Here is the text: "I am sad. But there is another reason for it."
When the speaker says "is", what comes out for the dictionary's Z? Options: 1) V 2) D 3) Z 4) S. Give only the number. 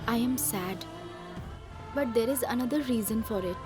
3